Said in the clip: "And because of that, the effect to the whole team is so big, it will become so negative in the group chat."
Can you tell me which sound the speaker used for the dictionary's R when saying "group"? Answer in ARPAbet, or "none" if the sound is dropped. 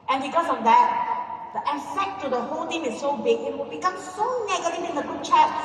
none